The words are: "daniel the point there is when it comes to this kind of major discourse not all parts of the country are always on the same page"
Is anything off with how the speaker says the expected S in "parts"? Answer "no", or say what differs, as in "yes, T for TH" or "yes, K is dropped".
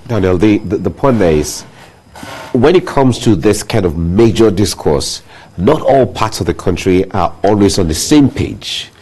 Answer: no